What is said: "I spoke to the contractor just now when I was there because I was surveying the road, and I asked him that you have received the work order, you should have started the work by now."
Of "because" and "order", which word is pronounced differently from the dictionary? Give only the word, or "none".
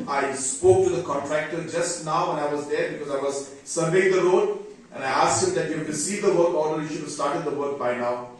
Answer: order